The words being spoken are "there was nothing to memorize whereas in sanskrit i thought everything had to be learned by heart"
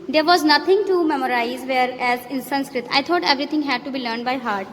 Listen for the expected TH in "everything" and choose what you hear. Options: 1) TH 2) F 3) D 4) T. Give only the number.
4